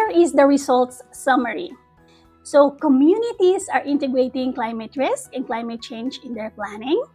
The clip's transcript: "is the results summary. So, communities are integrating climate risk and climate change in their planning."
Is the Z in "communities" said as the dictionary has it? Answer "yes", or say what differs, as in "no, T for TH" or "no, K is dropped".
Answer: no, S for Z